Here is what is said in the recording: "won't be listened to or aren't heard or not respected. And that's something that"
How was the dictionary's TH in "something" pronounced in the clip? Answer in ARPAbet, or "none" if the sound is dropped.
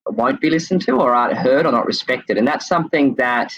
TH